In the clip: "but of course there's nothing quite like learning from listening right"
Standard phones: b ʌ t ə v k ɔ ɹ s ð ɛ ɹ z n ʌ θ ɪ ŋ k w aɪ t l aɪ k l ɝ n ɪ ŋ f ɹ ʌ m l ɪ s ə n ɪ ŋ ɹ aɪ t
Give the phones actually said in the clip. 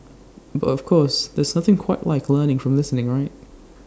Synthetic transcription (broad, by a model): b ʌ t ə v k ɔ ɹ s ð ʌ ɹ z n ʌ θ ɪ ŋ k w aɪ t l aɪ k l ɝ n ɪ ŋ f ɹ ʌ m l ɪ s ə n ɪ ŋ ɹ aɪ t